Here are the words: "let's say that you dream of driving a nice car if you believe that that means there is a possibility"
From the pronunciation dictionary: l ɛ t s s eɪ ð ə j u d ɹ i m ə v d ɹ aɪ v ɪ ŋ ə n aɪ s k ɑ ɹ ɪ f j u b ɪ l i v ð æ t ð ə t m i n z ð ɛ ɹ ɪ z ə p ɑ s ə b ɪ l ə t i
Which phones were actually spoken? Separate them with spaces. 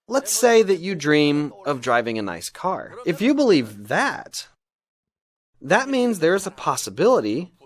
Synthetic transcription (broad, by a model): l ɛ t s s eɪ ð ə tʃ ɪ d ɹ i m ə v d ɹ aɪ v ɪ ŋ ə n aɪ s k ɑ ɹ ɪ f j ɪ b ɪ l i v ð æ t ð ə t m i n z ð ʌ ɹ ɪ z ə p ɑ s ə b ɪ l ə t i